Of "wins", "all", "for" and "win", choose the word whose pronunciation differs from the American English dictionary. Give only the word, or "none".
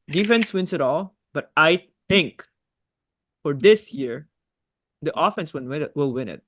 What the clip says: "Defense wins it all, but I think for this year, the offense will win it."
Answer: wins